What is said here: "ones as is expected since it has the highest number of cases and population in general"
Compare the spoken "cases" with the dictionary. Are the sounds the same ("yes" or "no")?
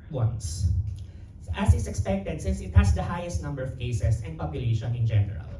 no